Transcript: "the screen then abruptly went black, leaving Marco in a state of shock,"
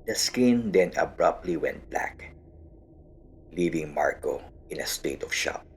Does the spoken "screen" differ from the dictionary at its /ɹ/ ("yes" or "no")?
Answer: yes